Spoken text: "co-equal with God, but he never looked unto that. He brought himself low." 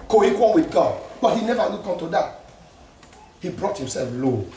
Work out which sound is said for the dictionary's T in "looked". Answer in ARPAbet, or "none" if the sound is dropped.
none